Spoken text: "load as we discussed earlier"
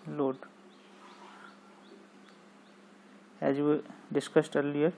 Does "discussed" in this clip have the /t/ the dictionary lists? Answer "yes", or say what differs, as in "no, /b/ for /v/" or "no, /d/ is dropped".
yes